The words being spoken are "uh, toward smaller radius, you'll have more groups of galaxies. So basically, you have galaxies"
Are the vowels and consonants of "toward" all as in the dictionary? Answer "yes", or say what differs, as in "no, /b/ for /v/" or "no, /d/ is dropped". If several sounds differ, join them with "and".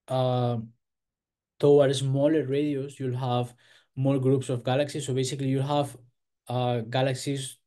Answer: no, /w/ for /ɹ/